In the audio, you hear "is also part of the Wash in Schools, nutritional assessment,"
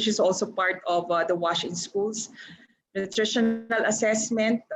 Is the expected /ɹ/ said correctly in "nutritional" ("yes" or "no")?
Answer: yes